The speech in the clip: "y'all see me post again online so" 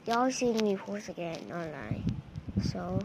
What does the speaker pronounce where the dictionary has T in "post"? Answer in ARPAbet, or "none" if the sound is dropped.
none